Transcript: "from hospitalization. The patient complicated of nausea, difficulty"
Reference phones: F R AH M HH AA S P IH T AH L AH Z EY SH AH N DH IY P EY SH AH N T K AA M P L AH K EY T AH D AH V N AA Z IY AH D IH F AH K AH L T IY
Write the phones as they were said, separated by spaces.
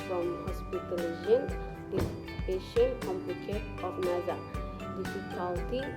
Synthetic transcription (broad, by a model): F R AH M HH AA S P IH T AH L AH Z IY AH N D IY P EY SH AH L K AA M P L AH K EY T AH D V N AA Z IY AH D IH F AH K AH L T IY